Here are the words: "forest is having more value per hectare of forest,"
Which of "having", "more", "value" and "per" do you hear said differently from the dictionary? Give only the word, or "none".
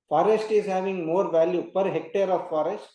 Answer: none